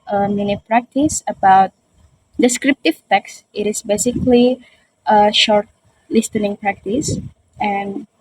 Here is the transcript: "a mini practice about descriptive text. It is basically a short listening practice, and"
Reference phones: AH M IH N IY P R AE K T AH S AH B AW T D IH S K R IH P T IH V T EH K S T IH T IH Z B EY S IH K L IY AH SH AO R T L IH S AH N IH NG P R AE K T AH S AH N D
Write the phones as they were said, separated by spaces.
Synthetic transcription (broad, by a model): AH M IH N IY P R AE K T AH S AH B AW T D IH S K R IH P T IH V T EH K S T IH T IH S B EY S IH K L IY AH SH AO R T L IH S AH N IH NG P R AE K T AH S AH N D